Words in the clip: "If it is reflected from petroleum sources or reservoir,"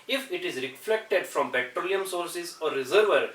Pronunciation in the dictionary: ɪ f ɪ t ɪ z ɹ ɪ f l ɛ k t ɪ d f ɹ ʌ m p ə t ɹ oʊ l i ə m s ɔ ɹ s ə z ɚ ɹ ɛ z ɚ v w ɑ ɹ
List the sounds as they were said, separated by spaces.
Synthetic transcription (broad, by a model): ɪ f ɪ t ɪ z ɹ ɪ f l ɛ k t ɪ d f ɹ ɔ m b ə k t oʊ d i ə m s ɔ ɹ s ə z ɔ ɹ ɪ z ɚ v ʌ ɹ